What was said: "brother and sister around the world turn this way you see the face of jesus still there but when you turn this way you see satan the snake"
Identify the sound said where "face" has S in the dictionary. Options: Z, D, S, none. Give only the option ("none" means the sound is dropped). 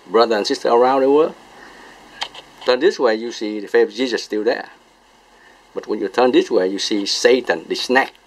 none